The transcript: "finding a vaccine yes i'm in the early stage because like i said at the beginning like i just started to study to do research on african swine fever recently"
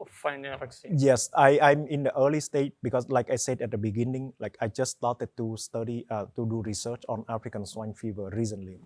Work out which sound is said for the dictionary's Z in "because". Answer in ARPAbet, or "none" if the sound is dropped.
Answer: S